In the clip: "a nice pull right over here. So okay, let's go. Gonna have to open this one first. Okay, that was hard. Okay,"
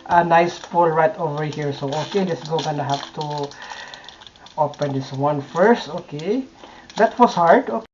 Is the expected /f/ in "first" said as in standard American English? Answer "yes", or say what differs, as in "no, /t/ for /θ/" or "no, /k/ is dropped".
yes